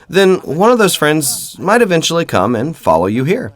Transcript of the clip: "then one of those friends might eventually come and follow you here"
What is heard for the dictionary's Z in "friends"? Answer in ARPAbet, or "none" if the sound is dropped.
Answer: Z